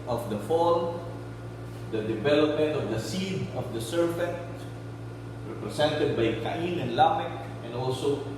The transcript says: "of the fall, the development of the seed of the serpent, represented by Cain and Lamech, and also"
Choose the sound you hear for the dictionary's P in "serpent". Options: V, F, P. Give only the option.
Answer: F